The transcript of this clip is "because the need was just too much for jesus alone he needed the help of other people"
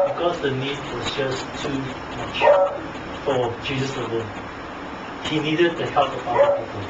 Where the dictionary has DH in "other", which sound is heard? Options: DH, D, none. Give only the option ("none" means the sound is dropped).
none